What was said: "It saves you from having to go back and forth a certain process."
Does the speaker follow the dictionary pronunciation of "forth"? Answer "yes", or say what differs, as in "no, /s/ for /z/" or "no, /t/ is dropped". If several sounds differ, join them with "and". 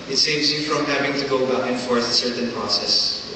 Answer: no, /s/ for /θ/